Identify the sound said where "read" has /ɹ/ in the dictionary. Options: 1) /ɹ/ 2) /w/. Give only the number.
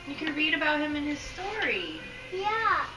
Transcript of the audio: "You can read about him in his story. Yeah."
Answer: 1